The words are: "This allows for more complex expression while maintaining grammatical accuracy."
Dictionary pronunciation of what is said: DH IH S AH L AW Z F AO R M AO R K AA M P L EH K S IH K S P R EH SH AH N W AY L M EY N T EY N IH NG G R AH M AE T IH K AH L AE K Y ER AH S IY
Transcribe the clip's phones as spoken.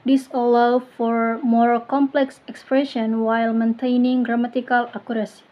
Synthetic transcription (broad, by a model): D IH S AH L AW F AO R M AO R K AA M P L EH K S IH K S P R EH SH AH N W AY L M EY N T EY N IH NG G R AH M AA T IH K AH L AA K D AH S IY